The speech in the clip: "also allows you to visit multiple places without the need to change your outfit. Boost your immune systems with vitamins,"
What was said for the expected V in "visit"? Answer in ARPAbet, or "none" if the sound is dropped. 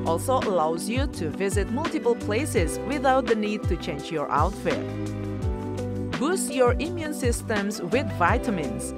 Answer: V